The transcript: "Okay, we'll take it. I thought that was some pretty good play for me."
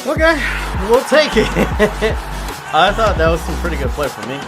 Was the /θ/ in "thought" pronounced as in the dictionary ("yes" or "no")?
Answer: yes